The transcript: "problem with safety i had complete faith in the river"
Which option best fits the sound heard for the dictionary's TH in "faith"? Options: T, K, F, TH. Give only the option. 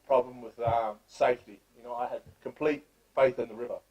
TH